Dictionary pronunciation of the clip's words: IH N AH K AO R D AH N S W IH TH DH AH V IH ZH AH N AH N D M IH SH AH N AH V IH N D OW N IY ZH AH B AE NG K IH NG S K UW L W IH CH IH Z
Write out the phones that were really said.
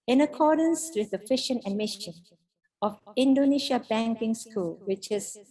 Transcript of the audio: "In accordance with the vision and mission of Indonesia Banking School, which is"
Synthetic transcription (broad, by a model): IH N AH K AO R D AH N S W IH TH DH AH F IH SH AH N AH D M IH SH AH N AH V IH N D OW N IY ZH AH B AE NG K IH NG S K UW L W IH CH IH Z